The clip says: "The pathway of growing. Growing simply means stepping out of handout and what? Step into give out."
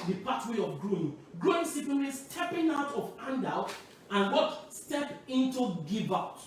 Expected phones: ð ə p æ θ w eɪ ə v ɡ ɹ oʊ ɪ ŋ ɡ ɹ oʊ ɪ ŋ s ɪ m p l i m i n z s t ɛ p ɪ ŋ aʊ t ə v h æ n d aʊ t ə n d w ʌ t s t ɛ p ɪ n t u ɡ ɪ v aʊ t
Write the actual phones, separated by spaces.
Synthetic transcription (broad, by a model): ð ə p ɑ t w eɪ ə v ɡ ɹ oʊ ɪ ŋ ɡ ɹ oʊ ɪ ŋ s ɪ p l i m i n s t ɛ p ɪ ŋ aʊ t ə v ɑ n d aʊ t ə n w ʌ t s t ɛ p ɪ n t u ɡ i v aʊ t